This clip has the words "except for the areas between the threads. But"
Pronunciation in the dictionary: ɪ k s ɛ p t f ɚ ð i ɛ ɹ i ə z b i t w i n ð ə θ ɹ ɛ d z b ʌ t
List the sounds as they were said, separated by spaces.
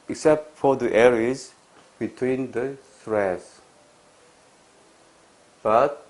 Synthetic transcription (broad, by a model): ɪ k s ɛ p t f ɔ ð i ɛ ɹ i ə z b i t w i n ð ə s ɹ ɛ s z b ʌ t